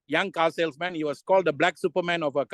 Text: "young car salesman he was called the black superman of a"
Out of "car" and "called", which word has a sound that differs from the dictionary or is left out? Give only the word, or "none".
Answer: car